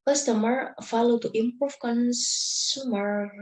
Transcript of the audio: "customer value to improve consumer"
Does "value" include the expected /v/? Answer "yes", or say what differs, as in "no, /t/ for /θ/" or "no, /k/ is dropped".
no, /f/ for /v/